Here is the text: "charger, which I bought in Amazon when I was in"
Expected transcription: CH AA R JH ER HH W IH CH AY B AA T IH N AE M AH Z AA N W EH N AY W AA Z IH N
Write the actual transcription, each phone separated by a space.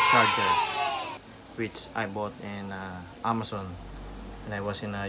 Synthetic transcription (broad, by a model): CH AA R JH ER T W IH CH AY B AA T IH N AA M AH S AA N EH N AY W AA S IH N